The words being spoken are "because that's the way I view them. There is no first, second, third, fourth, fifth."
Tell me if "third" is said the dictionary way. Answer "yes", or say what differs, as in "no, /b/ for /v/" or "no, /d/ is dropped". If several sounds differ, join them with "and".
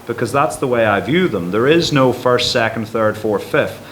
yes